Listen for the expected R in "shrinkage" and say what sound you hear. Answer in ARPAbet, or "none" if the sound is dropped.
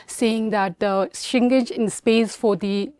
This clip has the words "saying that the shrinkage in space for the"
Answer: none